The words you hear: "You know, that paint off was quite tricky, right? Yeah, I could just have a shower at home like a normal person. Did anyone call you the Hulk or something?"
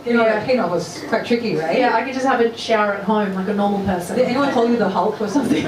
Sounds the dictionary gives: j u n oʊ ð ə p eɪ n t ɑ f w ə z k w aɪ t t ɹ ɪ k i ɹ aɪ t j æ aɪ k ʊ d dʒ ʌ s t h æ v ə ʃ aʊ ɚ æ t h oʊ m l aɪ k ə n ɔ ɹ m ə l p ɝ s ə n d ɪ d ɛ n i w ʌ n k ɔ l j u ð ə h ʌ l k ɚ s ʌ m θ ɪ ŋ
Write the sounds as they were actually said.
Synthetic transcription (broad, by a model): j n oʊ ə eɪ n ɑ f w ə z k w aɪ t t ɹ ɪ k i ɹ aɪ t j æ aɪ k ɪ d dʒ ʌ s t h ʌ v ə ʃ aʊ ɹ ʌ t h oʊ m l aɪ k ə n ɔ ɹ m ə l p ɝ s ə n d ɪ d ɛ n i w ʌ n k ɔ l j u ð ə h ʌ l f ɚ s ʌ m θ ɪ ŋ